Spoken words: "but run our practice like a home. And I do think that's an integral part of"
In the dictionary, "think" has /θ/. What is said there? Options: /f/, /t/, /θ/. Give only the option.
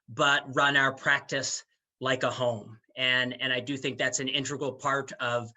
/θ/